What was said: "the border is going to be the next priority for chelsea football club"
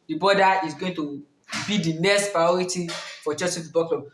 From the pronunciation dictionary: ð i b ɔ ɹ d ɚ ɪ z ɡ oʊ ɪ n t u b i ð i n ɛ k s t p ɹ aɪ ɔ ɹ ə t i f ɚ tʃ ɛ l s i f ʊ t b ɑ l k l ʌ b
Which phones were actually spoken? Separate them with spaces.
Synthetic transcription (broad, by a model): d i b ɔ d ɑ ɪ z ɡ oʊ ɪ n t u b i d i n ɛ k s t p ɹ aɪ ɔ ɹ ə t i f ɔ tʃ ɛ s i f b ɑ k l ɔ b